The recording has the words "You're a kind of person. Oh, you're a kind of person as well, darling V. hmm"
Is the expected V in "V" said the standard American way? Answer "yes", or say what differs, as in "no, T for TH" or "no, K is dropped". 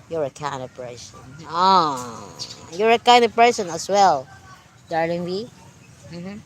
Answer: no, W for V